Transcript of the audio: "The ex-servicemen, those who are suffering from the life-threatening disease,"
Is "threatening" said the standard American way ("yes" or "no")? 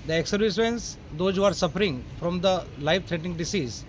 no